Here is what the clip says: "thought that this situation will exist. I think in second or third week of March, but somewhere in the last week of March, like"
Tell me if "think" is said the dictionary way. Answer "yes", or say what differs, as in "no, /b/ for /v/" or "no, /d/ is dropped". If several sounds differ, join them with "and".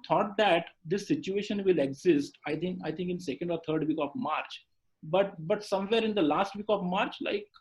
no, /t/ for /θ/